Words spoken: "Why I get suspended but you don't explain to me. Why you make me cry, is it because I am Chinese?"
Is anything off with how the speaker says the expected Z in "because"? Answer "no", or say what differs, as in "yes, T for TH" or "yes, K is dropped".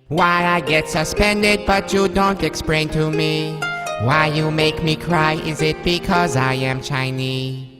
no